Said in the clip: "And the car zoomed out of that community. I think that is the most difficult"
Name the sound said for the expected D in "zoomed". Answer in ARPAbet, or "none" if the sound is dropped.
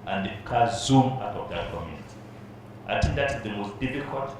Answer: none